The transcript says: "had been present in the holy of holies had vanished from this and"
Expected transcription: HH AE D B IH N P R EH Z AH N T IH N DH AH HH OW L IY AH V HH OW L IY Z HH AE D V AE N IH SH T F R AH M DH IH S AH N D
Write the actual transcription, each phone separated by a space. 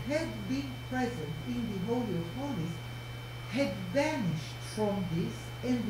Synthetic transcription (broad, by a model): HH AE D B IH N P R EH Z AH N T IH N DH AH HH OW L IY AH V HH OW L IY S HH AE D V AE N IH SH T F R AH M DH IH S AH N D